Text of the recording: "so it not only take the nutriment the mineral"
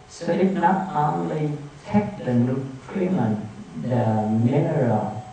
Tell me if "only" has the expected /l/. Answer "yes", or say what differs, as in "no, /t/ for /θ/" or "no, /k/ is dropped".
yes